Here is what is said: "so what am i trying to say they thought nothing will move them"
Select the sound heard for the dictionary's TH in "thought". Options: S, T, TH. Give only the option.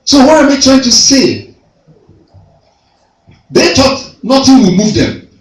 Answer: T